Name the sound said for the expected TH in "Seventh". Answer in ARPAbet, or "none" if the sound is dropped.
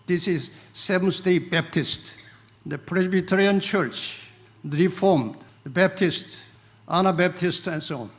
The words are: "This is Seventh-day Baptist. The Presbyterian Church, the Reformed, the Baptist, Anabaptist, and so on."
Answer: S